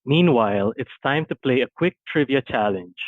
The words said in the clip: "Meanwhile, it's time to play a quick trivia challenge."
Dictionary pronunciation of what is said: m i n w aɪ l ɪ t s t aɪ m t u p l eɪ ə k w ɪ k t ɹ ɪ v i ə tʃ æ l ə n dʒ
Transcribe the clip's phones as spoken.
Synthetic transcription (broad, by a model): m i n w aɪ l ɪ t s t aɪ m t u p l eɪ ə k w ɪ k t ɹ ɪ v i ə tʃ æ l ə n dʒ